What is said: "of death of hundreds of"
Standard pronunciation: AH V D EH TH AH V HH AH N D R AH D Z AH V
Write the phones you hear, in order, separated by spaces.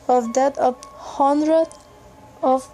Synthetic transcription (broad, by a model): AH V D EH T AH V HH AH N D R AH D AH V